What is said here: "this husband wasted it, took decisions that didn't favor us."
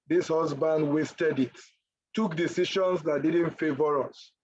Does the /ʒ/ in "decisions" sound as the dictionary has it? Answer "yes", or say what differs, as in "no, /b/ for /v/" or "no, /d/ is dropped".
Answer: no, /ʃ/ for /ʒ/